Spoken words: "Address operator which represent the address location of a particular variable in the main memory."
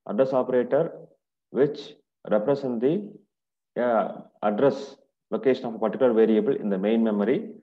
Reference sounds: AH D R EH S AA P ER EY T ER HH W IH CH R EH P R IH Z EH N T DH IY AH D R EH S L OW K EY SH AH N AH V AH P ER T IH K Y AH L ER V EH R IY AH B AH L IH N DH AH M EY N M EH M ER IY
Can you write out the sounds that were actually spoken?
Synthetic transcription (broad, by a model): AH D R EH S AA P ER EY T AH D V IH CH R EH P R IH S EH N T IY AH D R EH S L OW K EY SH AH N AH P AH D T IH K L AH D V EH R IY AH B AH L IH N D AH M EY N M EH M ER IY